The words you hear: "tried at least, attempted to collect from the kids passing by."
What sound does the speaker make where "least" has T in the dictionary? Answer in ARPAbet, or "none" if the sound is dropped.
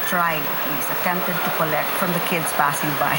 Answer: none